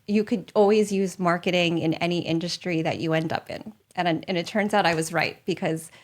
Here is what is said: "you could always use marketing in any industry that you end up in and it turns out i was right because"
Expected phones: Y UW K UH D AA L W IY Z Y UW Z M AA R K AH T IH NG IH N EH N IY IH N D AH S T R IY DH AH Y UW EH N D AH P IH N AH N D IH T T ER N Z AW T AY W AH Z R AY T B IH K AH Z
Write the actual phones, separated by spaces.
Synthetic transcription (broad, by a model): Y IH K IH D AA L W IY Z Y UW Z M AA R K AH T IH NG IH N EH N IY IH N D AH S T R IY DH AH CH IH EH N D AH P IH N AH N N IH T T ER N Z AW T AY W AH Z R AY T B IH K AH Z